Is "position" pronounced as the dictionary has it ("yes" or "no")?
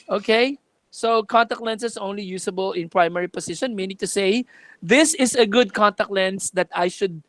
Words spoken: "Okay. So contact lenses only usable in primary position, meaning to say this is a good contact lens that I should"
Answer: no